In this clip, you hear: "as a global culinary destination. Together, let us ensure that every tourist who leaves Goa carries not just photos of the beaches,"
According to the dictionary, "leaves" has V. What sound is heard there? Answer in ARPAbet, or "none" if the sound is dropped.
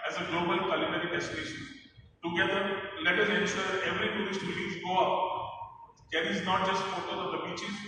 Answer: none